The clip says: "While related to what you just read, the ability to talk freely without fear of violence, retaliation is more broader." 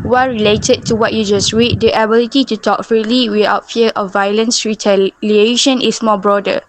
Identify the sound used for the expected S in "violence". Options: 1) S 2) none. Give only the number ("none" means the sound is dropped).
1